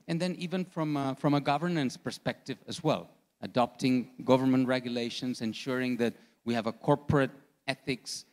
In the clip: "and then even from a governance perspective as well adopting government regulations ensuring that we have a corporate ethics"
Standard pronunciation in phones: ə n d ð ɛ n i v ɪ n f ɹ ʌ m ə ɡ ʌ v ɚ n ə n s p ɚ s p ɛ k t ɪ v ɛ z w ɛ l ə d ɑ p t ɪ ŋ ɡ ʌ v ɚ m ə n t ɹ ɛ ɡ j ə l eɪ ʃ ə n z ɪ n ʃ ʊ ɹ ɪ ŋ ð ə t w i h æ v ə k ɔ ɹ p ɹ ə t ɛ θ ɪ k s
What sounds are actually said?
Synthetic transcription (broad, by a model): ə n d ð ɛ n i v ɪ n f ɹ ʌ m ə ɡ ʌ v ɚ n ə n s p ɚ s p ɛ k t ɪ v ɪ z w ɛ l ə d ɑ p t ɪ ŋ ɡ ʌ v ɚ m ə n t ɹ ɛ ɡ j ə l eɪ ʃ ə n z ɪ n ʃ ʊ ɹ ɪ ŋ ð ə t w i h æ v ə k ɔ ɹ p ɹ ə t ɛ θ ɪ k s